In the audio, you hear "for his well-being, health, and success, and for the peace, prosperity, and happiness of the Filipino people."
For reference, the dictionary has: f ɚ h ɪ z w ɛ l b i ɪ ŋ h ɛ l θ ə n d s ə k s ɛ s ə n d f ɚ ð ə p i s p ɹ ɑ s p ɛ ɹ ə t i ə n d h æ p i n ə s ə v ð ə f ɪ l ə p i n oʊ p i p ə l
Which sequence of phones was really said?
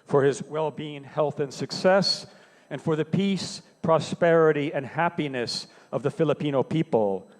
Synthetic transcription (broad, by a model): f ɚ ɪ z w ɛ l b i ɪ ŋ h ɛ l θ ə n s ə k s ɛ s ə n f ɚ ð ə p i s p ɹ ɑ s p ɛ ɹ ə t i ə n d h æ p i n ə s ə v ð ə f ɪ l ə p i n oʊ p i p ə l